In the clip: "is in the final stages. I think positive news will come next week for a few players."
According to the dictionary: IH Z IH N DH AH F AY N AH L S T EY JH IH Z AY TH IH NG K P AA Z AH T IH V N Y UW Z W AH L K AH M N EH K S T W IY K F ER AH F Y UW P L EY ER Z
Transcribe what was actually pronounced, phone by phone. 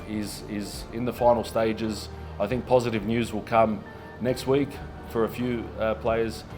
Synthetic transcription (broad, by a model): IH Z IH N DH AH F AY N L S T EY JH IH Z AY TH IH NG K P AA Z AH T IH V N Y UW Z W AH L K AH M N EH K S T W IY K F ER AH F Y UW P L EY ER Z